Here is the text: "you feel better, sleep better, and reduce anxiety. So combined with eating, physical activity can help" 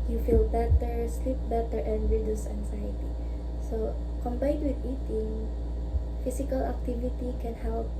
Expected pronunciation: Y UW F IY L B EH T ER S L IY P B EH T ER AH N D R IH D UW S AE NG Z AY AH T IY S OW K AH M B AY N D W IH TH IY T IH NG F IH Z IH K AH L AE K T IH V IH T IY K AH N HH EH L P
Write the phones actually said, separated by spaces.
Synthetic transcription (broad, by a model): Y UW F IY L B EH T ER S L IY P B EH T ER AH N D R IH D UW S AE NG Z AY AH T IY S OW K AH M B AY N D W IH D IY T IH NG F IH S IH K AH L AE K T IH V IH T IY K AH N HH EH L P